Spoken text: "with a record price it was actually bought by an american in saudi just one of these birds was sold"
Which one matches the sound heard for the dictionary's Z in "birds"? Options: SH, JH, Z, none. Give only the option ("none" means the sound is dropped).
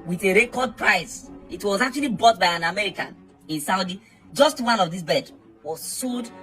none